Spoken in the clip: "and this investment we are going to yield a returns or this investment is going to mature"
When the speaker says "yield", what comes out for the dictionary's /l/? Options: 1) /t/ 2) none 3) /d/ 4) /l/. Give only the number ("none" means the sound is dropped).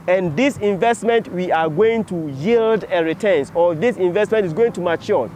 4